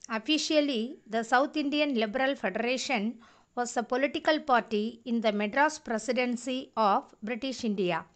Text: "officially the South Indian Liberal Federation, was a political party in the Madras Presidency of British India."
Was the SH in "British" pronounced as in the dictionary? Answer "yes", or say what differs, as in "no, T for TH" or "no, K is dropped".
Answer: yes